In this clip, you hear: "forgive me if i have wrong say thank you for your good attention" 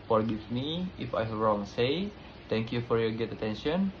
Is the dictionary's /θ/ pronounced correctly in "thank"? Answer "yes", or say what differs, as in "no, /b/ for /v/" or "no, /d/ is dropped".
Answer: no, /t/ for /θ/